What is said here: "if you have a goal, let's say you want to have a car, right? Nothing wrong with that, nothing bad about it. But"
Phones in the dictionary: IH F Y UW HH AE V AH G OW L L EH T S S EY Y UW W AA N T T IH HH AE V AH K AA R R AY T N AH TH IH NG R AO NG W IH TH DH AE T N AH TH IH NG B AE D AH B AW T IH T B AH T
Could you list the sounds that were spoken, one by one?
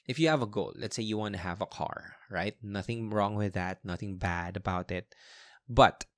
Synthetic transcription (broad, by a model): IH F Y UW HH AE V AH G OW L L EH T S S EY Y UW W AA N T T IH HH AE V AH K AA R R AY T N AH TH IH NG R AO NG W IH DH AE T N AH TH IH NG B AE D AH B AW T IH T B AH T